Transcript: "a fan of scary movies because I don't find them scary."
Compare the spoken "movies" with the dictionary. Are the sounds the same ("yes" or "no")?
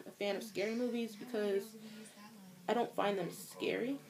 yes